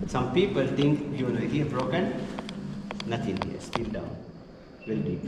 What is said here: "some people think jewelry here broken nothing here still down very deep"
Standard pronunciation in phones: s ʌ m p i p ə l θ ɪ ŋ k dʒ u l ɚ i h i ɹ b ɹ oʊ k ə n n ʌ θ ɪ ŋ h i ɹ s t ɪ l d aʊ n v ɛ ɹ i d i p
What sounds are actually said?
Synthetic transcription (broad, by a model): s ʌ m p i p ə l t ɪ ŋ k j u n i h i b ɹ oʊ k ə n n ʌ t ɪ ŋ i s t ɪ l d aʊ n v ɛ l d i